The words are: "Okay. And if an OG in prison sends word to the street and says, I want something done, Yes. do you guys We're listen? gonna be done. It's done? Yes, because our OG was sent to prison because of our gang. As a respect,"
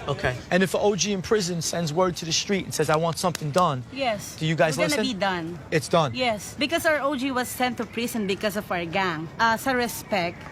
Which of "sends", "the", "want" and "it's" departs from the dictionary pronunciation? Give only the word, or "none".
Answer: none